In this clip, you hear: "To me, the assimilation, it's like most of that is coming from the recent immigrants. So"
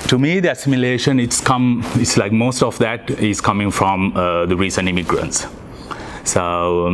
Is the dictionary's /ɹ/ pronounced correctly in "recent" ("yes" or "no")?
yes